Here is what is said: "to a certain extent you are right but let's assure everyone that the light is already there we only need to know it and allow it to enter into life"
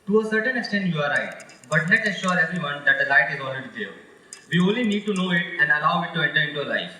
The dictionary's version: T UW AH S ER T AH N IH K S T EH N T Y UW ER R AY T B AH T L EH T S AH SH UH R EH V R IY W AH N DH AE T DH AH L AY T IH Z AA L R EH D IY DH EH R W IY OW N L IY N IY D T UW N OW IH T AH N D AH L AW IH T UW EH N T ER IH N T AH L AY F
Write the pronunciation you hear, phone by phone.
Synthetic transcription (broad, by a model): T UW AH S ER T AH N IH K S T EH N T Y UW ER R AY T B AH T N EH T AH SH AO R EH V R IY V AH N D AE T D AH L AY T IH Z AA L R EH D IY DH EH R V IY OW N L IY N IY D T UW N OW IH T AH N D AH L AW IH T UW EH N T ER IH N T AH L AY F